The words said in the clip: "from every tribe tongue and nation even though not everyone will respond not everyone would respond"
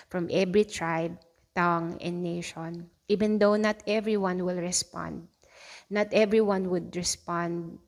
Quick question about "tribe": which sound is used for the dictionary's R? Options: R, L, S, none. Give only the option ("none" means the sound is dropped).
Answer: R